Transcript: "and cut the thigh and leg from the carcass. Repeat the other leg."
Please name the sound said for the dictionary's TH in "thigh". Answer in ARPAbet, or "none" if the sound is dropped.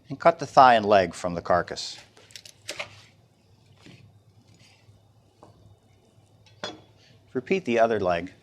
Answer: TH